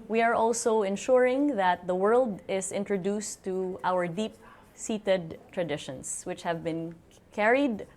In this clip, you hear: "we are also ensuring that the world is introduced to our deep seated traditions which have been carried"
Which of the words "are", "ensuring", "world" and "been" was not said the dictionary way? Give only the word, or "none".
none